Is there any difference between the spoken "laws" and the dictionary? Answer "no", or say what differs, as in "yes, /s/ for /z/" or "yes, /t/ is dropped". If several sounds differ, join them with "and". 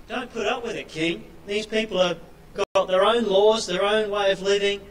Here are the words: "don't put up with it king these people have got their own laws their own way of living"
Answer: no